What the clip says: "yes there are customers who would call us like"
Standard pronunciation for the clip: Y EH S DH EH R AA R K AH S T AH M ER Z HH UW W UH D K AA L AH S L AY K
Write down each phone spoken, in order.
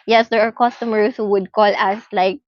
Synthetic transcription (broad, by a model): Y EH S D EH R AA R K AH S T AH M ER S HH UW W UH D K AA L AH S L AY K